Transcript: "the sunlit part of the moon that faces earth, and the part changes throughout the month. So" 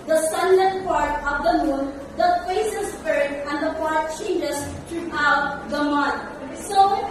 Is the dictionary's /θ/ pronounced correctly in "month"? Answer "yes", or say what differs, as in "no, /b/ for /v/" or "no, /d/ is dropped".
no, /t/ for /θ/